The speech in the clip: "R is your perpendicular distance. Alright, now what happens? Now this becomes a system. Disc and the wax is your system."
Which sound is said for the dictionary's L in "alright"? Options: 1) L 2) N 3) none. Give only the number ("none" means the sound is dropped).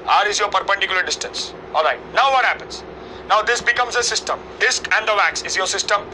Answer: 1